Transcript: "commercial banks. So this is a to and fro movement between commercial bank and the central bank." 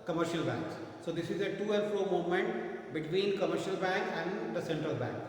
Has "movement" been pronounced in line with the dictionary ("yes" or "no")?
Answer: no